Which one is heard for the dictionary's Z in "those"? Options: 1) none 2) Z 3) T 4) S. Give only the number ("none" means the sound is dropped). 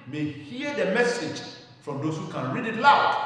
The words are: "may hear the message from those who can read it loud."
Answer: 4